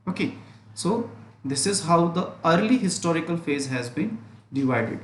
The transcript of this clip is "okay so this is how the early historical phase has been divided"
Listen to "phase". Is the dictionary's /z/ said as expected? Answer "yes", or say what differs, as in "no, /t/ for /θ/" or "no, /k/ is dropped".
yes